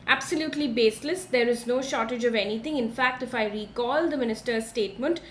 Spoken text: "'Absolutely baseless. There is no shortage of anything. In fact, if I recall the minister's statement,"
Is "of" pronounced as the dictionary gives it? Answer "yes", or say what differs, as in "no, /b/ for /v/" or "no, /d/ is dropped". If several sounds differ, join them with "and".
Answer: yes